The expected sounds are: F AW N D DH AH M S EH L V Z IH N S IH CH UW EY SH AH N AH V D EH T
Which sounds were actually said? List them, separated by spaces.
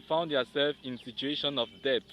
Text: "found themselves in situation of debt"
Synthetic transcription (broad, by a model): F AW N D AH S EH L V IH N S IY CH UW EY SH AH N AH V D EH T